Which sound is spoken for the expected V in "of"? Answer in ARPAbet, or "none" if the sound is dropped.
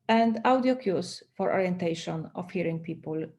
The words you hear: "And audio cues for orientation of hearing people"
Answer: F